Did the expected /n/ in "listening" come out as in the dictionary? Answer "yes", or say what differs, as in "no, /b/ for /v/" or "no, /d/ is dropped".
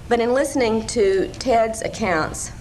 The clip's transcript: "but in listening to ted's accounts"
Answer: yes